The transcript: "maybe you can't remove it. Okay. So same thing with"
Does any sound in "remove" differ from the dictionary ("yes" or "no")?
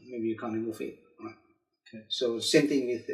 yes